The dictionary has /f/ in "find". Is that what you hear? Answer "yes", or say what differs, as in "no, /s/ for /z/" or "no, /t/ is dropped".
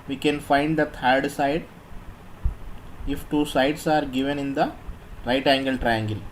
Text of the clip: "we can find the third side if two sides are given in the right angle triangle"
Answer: yes